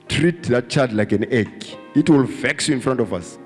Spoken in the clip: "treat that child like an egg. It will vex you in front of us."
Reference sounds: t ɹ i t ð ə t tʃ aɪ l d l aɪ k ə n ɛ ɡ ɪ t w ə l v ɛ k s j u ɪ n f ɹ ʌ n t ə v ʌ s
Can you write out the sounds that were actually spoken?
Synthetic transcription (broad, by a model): t ɹ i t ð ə t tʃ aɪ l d l aɪ k ə n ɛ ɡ ɪ t w ə l v ɛ k s j u ɪ n f ɹ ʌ n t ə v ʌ s